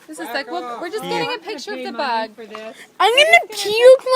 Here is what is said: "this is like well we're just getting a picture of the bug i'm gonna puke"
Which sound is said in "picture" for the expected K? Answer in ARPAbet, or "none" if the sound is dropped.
K